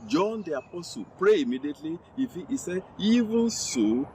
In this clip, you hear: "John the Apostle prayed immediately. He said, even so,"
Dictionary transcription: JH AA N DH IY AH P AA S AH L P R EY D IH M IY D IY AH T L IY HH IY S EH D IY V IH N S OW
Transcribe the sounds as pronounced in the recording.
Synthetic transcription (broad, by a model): JH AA N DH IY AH P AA S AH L P R EY IH M IY D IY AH T L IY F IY S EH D IY V IH N S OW